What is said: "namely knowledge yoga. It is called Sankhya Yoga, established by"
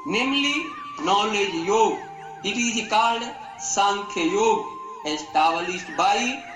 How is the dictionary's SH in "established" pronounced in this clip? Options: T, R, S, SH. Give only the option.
S